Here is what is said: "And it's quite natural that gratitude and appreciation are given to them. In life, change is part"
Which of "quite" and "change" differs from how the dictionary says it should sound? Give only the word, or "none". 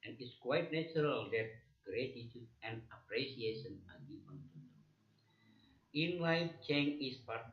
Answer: change